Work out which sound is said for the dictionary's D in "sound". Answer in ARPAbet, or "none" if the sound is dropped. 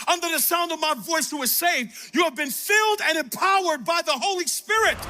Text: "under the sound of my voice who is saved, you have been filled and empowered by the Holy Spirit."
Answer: D